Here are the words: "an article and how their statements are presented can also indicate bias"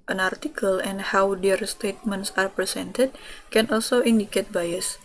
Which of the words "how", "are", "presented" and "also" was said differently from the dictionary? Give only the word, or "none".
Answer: presented